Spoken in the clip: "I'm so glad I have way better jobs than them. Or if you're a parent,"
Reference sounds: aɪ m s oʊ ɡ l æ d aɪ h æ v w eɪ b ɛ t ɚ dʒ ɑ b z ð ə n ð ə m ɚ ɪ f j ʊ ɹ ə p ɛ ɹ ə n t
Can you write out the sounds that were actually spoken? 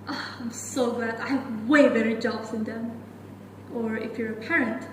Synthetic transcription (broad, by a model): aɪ m s oʊ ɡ æ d aɪ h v w eɪ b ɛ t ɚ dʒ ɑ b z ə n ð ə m ɚ ɪ f j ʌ ɹ ə p ɛ ɹ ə n t